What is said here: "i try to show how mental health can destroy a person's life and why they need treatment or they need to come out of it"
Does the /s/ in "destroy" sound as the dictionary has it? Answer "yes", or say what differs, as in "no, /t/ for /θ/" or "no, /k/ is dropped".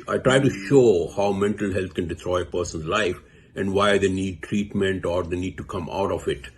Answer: no, /s/ is dropped